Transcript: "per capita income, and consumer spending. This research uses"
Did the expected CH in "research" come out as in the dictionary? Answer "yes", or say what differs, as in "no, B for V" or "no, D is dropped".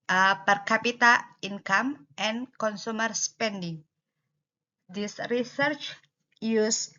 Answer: yes